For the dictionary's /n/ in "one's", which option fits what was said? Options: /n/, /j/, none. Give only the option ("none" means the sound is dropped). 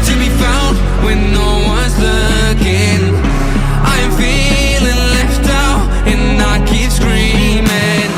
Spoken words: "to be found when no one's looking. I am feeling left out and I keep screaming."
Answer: /n/